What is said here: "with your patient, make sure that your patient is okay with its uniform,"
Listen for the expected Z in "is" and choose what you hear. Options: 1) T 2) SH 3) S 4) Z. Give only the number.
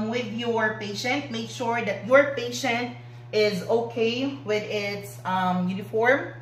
4